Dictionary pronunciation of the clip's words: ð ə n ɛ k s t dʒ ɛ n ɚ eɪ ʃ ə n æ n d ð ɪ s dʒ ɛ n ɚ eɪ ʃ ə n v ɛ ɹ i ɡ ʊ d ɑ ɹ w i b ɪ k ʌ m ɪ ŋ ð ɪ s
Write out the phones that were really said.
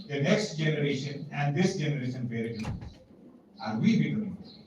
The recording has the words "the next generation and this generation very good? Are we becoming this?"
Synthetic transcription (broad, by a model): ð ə n ɛ k s t dʒ ɛ n ɚ eɪ ʃ ə n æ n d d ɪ s dʒ ɛ n ɚ eɪ ʃ ə n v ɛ ɹ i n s ɑ ɹ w i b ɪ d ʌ ɪ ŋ